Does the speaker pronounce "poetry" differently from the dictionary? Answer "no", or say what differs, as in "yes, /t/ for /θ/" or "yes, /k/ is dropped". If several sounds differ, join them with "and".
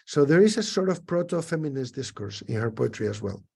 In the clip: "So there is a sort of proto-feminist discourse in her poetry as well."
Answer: no